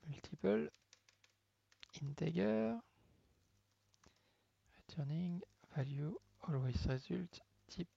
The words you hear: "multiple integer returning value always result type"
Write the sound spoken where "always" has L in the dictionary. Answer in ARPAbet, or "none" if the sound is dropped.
L